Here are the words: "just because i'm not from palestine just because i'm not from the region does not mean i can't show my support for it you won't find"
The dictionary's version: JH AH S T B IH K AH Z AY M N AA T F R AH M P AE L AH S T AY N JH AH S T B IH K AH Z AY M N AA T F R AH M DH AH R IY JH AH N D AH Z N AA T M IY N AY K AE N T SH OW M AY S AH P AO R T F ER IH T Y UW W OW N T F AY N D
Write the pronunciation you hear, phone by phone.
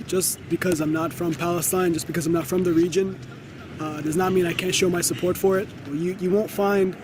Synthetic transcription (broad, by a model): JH AH S B IH K AH Z AY M N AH T F R AH M P AE L AH S T AY N JH AH S B IH K AH Z AY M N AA T F R AH M DH AH R IY JH AH N D AH Z N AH T M IY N AY K AE N T SH OW M AY S AH P AO R T F ER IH T Y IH W OW N T F AY N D